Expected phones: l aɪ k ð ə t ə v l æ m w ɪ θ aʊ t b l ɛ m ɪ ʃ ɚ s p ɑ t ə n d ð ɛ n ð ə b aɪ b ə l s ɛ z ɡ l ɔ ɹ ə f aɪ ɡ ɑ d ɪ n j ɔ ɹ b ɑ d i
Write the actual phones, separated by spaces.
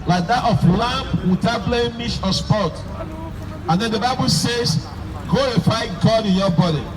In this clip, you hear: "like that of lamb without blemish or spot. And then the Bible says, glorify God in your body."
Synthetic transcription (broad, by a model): l aɪ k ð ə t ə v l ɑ m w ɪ t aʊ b l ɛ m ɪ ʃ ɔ s p ɑ t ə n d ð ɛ n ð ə b aɪ b ə l s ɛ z ɡ l ɔ ɹ ə f aɪ ɡ ɑ d ɪ n j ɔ b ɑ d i